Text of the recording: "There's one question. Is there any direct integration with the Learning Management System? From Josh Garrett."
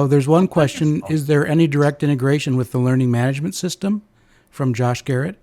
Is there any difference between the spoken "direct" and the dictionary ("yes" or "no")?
no